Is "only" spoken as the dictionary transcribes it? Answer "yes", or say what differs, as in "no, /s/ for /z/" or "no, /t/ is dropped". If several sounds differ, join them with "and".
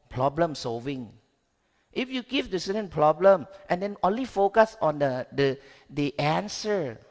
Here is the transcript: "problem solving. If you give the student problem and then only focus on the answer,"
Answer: yes